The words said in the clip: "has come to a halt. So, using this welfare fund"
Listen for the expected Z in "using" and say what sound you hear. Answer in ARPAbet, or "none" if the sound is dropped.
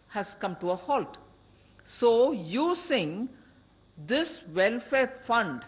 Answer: S